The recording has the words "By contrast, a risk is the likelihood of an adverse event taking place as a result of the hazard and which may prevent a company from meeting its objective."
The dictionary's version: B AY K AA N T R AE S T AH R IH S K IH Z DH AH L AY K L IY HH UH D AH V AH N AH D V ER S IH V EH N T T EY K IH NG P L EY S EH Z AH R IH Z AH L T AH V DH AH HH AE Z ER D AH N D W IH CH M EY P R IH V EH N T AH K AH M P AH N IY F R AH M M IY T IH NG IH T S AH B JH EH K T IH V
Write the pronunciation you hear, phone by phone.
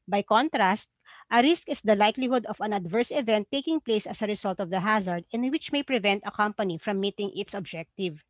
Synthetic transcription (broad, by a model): B AY K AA N T R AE S T AH R IH S K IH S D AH L AY K L IY HH UH D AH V AH N AH D V ER S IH V EH N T T EY K IH NG P L EY S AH S AH R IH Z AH L T AH V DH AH HH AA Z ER D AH N W IH CH M EY P R IH V EH N T AH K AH M P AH N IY F R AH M M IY T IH NG IH T S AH B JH EH K T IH V